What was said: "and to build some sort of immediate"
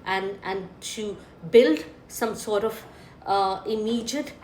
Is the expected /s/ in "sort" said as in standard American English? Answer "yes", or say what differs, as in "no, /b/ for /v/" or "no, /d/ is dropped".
yes